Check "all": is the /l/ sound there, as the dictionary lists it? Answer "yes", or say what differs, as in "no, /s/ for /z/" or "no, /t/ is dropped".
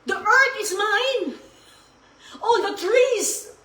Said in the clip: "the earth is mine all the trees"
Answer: no, /n/ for /l/